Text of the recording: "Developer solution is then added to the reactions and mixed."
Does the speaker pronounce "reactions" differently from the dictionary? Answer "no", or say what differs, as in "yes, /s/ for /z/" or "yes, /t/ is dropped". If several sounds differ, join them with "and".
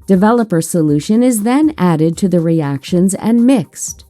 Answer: no